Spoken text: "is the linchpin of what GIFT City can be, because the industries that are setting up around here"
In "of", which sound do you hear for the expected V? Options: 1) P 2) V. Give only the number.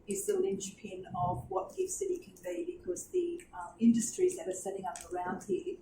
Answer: 2